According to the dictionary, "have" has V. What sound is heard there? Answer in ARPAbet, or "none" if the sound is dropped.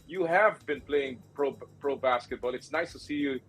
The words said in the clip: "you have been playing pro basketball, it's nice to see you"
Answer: V